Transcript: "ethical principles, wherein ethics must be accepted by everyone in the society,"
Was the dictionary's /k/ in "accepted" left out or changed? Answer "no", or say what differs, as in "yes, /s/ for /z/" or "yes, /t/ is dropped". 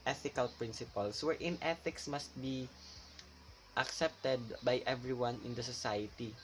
no